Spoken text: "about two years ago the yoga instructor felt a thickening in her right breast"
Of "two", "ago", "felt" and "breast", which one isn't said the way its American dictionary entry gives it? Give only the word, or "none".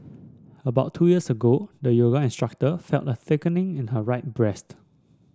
none